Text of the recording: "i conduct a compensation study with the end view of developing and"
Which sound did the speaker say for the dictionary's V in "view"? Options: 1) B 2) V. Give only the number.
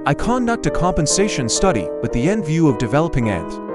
2